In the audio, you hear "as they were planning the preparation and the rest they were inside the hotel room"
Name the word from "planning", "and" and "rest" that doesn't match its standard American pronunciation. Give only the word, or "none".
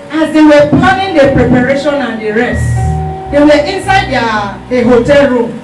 planning